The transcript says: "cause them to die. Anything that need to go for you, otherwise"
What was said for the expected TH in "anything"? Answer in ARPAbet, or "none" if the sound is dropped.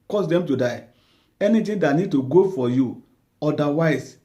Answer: T